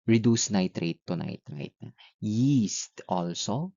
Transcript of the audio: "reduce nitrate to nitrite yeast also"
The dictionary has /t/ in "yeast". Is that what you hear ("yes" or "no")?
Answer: yes